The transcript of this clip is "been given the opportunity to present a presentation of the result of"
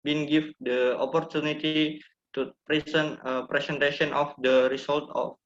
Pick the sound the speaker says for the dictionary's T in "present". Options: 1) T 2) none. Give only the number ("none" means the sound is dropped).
2